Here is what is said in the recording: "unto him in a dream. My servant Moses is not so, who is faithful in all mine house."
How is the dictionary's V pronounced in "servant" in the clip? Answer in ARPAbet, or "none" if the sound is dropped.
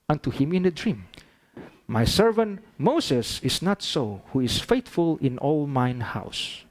V